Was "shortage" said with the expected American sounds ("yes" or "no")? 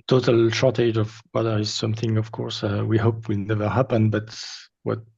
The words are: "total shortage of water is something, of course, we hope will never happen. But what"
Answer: yes